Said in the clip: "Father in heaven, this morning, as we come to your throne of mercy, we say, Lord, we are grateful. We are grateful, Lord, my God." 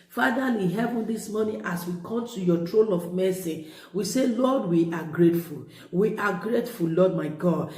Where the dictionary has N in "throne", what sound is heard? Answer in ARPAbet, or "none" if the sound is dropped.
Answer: L